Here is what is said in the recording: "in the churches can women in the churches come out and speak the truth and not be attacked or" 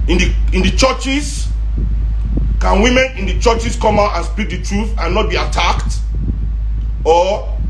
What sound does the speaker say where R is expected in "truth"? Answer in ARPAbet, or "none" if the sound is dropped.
R